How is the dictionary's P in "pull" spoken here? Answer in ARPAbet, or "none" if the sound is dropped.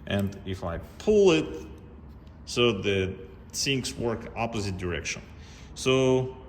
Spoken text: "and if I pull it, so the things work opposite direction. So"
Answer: P